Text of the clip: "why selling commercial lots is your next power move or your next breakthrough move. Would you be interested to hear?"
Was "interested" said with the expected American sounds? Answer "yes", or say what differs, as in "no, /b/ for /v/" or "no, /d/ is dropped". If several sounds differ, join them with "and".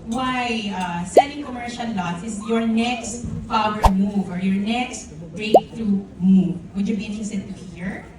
no, /ɹ/ is dropped